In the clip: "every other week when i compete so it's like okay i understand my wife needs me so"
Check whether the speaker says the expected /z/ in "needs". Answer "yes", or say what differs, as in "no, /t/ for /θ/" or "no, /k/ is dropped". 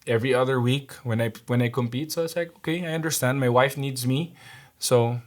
yes